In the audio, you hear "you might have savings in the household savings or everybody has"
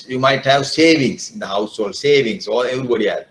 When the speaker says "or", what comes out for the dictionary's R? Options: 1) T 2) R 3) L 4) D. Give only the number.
3